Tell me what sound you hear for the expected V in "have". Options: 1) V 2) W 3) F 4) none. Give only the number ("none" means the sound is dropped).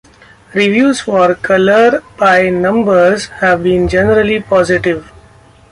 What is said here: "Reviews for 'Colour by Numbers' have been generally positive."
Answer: 1